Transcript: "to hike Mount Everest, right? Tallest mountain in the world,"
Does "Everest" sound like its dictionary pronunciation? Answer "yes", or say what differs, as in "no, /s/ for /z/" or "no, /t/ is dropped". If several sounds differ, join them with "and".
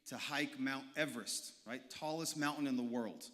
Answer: yes